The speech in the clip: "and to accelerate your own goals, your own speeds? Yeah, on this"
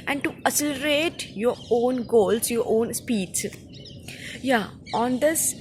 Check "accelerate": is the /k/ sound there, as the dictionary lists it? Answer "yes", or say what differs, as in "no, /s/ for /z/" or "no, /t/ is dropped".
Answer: no, /k/ is dropped